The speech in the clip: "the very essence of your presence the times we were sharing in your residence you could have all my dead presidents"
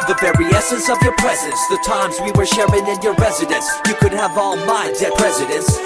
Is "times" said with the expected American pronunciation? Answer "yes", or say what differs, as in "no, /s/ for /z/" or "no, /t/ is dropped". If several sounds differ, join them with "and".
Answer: yes